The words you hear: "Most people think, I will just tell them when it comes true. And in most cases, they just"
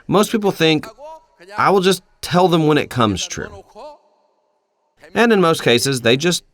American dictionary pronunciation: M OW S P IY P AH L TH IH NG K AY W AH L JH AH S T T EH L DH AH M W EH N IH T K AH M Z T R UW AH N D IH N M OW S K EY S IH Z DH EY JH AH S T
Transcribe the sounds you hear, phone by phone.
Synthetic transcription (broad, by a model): M OW S P IY P L TH IH NG K AY W AH L JH AH S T T EH L DH AH M W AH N IH T K AH M Z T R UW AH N IH N M OW S K EY S IH Z DH EY JH AH S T